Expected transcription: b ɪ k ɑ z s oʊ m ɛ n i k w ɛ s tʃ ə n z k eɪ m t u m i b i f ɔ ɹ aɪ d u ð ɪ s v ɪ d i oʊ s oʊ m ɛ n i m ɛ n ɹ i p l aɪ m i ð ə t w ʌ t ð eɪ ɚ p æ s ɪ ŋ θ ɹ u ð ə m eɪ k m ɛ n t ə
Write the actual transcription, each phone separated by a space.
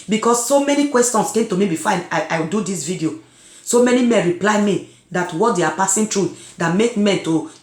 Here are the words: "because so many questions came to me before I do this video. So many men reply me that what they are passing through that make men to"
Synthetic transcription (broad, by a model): b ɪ k ɑ s oʊ m ɛ n i k w ɛ s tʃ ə n s k eɪ m t u m i b i f ɔ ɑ aɪ d u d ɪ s v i d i oʊ s oʊ m ɛ n i m ɛ n ɹ i p l aɪ m i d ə t w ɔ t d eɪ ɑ p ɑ s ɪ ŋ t ɹ u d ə m eɪ k m ɛ n t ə